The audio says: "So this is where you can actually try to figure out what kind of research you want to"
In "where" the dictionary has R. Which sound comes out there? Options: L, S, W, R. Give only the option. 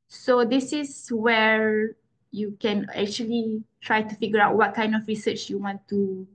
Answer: R